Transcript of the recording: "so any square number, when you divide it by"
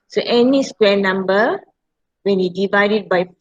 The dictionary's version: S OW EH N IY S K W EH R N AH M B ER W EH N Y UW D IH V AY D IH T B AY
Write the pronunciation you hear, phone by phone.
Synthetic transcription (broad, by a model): S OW EH N IY S K W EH N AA M B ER W EH N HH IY D IH V AY D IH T B AY